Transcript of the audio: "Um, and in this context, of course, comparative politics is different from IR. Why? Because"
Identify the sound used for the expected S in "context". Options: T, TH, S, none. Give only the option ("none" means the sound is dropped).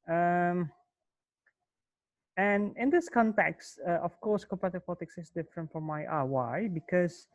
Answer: S